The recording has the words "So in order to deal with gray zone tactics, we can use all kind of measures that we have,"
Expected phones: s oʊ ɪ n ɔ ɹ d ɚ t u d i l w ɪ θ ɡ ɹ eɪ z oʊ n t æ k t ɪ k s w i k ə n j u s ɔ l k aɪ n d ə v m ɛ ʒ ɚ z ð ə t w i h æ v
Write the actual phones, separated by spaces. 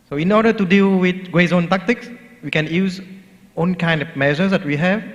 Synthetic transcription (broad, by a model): s oʊ ɪ n ɔ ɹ d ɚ t u d i l w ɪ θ ɡ ɹ eɪ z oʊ n t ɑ k t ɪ k s w i k ə n j u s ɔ n k aɪ n d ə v m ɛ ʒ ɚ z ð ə t w i h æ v